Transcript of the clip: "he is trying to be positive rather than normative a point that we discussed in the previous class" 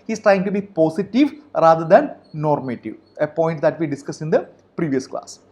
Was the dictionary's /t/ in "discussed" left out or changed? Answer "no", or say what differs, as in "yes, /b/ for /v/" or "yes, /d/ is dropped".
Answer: yes, /t/ is dropped